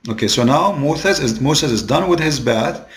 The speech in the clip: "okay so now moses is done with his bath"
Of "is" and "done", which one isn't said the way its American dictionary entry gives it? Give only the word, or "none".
none